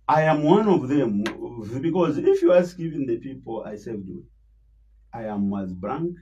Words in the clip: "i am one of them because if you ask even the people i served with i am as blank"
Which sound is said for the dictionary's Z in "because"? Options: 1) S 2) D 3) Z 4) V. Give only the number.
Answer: 3